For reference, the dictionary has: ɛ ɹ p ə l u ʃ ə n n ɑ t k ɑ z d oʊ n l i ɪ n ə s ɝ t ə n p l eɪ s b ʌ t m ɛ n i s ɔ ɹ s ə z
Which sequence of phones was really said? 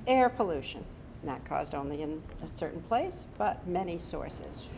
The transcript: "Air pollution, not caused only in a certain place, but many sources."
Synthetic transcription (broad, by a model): ɛ ɹ p ə l u ʃ ə n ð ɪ t k ɑ z d oʊ n l i ɪ n ə s ɝ t n p l eɪ s b ʌ t m ɛ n i s ɔ ɹ s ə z